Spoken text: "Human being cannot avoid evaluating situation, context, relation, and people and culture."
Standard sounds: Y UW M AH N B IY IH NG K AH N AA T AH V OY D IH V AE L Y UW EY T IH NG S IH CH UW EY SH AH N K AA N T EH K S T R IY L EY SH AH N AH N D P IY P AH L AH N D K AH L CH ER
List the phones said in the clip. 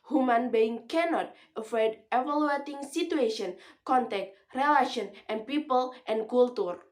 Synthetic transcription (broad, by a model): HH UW M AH N B IY IH NG K AH N AA T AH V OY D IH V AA L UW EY T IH NG S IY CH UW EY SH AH N K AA N T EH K T R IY L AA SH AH N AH N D P IY P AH L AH N K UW L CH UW